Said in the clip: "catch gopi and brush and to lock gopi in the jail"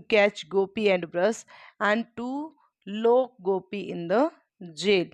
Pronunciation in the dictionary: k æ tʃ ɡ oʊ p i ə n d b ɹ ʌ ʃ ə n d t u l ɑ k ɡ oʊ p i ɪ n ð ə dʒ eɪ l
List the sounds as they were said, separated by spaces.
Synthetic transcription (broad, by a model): k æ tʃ ɡ oʊ p i ə n d b ɹ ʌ s ə n d t u l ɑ k ɡ oʊ p i ɪ n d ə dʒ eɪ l